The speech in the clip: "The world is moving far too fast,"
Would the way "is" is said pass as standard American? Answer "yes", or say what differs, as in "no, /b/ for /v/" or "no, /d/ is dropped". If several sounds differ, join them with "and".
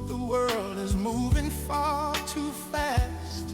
yes